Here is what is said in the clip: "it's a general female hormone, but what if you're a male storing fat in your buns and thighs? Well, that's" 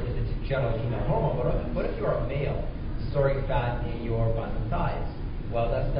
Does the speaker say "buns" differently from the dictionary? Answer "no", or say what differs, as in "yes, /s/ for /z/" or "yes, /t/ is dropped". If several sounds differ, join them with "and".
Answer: yes, /z/ is dropped